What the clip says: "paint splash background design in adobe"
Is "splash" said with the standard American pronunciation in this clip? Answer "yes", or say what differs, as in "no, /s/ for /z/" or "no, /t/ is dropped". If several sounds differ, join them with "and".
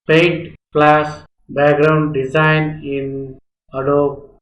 no, /s/ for /ʃ/